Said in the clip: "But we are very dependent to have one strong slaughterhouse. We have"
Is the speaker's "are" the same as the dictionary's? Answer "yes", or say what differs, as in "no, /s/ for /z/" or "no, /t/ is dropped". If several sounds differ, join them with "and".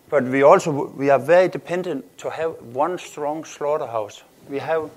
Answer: no, /w/ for /ɹ/